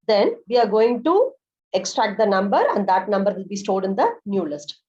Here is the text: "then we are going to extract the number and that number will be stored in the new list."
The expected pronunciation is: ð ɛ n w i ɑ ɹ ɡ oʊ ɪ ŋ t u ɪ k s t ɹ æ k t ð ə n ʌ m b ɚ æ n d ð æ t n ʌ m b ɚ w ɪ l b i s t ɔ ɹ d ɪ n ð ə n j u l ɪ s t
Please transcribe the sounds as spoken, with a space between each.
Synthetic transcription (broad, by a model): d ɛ n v i ɑ ɹ ɡ oʊ ɪ ŋ t u ɪ k s t ɹ æ k t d ə n ʌ m b ɚ æ n d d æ t n ʌ m b ɚ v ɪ l b i s t ɔ l d ɪ n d ə n j u l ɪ s t